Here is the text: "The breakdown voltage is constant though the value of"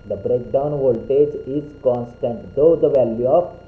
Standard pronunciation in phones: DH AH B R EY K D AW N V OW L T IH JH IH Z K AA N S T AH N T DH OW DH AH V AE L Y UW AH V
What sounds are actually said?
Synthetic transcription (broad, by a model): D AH B R EY K D AW N V OW L T IH JH IH Z K AA N S T AH N T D OW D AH V AE L Y UW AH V